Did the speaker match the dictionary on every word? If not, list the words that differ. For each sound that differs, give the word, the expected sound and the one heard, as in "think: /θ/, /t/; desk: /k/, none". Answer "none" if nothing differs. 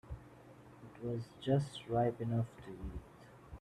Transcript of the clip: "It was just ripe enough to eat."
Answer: none